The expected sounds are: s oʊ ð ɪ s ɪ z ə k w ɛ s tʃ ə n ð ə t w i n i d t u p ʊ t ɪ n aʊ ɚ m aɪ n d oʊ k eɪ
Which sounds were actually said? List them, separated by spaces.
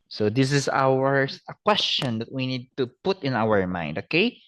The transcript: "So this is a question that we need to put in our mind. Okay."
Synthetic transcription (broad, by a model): s oʊ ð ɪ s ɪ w ə k w ɛ s tʃ ə n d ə t w i n i d t u p ʊ t ɪ n aʊ ɚ m aɪ n d oʊ k eɪ